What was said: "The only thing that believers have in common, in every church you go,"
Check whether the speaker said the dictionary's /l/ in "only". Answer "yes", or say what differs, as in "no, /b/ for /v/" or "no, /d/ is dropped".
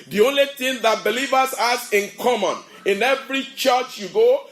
yes